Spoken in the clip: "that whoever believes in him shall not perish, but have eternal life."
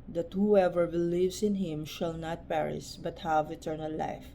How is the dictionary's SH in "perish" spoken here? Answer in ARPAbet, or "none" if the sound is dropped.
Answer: S